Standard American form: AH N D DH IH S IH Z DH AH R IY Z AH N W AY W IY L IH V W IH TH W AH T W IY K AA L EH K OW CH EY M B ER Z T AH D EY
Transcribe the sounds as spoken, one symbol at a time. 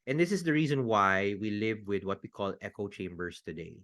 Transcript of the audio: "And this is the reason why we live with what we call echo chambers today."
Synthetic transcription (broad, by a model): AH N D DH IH S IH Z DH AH R IY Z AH N W AY W IY L IH V W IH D W AH T W IY K AA L EH K OW CH EY M B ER S T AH D EY